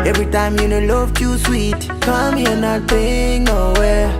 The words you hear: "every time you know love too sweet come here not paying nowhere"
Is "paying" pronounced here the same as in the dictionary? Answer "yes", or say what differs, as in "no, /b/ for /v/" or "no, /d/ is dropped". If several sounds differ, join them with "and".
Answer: no, /b/ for /p/